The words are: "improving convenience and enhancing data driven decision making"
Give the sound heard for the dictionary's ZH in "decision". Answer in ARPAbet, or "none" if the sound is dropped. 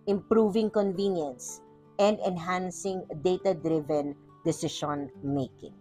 SH